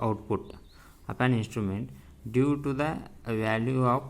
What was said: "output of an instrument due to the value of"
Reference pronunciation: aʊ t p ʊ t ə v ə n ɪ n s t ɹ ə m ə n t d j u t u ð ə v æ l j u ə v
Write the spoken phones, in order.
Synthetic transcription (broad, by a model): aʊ t p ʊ t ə p ə n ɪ n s t ɹ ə m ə n t d j u t u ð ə v æ l j u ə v